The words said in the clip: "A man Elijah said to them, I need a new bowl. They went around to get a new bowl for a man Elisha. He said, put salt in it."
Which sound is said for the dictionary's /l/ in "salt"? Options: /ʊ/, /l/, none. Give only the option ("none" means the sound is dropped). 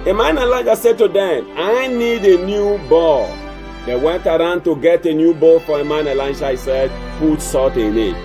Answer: none